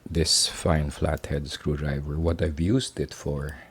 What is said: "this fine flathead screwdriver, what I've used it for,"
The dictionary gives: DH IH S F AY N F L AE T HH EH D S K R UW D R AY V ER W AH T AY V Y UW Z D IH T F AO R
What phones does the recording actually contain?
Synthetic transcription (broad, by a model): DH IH S F AY N F L AE T HH EH D S K R UW D R AY V ER W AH T AY V Y UW S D IH T F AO R